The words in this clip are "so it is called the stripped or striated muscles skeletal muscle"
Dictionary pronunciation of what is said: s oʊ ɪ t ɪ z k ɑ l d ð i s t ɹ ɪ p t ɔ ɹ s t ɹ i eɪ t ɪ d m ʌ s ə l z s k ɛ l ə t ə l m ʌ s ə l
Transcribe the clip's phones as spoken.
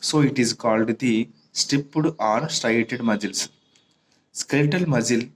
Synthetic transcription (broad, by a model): s oʊ ɪ t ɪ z k ɑ l d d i s t ɪ p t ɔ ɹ s t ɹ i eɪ t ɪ d m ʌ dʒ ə l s s k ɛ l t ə l m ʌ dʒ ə l